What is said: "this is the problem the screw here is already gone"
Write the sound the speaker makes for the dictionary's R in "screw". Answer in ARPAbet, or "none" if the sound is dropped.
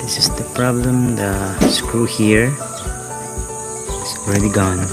R